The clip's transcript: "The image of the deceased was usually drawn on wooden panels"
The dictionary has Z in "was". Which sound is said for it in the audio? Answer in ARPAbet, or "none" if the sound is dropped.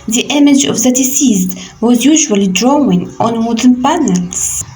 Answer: Z